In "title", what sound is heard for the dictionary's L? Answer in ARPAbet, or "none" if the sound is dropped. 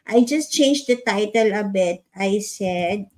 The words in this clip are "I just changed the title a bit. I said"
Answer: L